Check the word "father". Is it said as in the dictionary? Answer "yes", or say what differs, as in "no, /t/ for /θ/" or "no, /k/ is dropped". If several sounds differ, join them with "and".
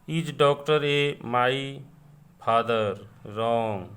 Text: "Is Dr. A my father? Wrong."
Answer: no, /p/ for /f/